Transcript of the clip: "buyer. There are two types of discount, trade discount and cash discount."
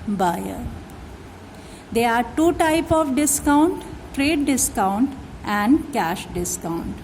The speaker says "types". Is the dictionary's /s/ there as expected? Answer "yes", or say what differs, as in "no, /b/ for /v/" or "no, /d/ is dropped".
no, /s/ is dropped